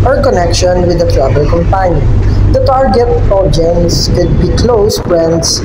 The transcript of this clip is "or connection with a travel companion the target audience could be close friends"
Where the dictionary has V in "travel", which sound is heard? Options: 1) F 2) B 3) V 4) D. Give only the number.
2